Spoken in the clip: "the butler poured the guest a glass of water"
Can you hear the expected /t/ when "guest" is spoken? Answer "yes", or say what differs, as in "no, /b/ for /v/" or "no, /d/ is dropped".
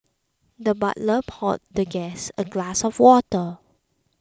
no, /t/ is dropped